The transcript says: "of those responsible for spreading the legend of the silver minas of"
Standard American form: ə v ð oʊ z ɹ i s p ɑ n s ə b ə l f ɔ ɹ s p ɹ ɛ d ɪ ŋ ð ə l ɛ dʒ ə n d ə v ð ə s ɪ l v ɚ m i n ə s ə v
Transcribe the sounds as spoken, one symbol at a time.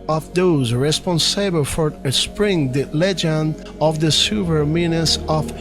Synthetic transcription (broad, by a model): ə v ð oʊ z ɹ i s p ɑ n s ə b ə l f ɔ ɹ s p ɹ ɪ ŋ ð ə l ɛ dʒ ə n d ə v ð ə s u v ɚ m i n ə s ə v